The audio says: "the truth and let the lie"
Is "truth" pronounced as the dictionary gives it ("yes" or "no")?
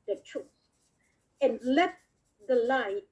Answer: no